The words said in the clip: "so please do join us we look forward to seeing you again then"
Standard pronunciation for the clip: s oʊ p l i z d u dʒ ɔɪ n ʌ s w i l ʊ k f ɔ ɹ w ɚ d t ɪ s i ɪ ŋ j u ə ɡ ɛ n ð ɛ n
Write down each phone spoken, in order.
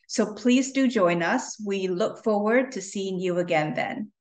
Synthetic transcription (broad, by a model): s oʊ p l i z d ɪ dʒ ɔɪ n ʌ s w i l ʊ k f ɔ ɹ w ɚ d t ɪ s i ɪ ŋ j u ə ɡ ɛ n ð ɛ n